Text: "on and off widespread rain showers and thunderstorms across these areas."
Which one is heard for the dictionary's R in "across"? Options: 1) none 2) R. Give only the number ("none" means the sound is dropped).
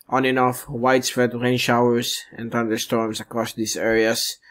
2